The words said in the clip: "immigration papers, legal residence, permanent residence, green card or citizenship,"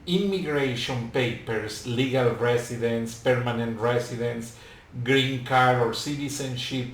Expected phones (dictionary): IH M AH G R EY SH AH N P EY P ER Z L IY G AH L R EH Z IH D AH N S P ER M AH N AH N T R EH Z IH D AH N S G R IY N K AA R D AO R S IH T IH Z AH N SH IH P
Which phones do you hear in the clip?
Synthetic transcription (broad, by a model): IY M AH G R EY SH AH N P EY P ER S L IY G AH L R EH S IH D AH N S P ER M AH N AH N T R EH S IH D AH N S G R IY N K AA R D AO R S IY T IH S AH N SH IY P